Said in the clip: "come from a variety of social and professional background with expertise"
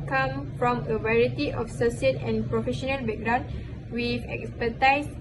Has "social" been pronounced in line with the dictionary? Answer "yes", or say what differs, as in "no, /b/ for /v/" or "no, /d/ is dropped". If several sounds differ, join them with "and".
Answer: no, /s/ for /ʃ/